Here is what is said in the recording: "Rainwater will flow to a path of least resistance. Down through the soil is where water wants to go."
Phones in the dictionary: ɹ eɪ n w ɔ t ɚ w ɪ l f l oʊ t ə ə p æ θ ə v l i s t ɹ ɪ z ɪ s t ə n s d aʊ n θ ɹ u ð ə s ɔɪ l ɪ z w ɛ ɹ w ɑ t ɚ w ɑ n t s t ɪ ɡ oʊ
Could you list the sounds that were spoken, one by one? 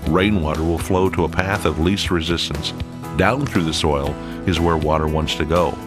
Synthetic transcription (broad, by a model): ɹ eɪ n w ɔ t ɚ w ɪ l f l oʊ t ə ə p æ θ ə v l i s t ɹ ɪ z ɪ s t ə n s d aʊ n θ ɹ u ð ə s ɔɪ l ɪ z w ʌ ɹ w ɑ t ɚ w ɑ n t s t ɪ ɡ oʊ